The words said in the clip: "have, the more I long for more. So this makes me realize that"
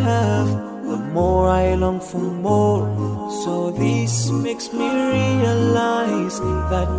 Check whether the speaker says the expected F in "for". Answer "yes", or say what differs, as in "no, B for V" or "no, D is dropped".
yes